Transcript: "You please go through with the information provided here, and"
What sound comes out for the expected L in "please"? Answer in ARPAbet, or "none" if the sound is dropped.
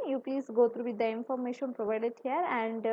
none